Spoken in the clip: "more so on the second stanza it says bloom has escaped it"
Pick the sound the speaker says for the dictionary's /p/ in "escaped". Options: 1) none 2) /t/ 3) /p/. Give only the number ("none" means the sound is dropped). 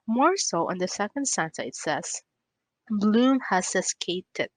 1